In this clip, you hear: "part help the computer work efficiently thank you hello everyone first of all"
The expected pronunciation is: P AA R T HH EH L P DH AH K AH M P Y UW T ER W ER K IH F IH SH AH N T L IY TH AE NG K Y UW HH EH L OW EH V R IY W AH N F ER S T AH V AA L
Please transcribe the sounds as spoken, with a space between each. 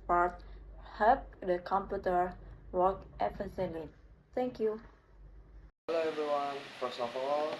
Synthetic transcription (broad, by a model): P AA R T HH EH L P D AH K AH M P Y UW T ER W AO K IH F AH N S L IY T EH NG K Y UW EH L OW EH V R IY W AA N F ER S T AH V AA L